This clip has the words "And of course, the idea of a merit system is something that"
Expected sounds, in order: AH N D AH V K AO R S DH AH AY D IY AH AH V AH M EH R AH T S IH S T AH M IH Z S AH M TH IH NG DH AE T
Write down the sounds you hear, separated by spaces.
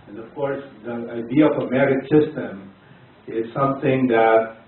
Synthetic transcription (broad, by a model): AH N AH V K AO R S DH AH AY D IY AH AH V AH M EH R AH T S IH S T AH M IH Z S AH M TH IH NG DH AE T